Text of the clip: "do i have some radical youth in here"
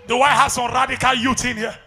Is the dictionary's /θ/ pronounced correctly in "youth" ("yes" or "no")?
no